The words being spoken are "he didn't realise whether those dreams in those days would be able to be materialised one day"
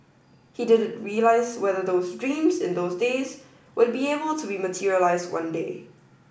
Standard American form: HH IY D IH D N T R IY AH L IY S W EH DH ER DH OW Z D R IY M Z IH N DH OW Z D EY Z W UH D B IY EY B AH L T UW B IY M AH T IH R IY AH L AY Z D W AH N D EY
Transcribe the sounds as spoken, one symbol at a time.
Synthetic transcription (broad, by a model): HH IY D IH D N T R IY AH L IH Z W EH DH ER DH OW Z D R IY M Z IH N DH OW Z D EY Z W UH D B IY EY B AH L T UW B IY M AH T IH R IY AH L AY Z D W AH N D EY